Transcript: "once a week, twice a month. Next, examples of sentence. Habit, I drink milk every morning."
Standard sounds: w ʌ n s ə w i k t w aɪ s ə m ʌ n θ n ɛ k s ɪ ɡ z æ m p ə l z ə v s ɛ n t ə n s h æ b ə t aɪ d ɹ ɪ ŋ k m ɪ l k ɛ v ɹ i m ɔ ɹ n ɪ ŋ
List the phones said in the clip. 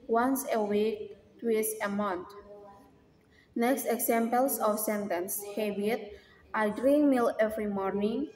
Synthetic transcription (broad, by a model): w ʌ n s ə w i k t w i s ə m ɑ n t n ɛ k s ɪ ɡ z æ m p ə l s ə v s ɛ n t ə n s h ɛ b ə t aɪ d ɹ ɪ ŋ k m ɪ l ɛ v ɹ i m ɔ ɹ n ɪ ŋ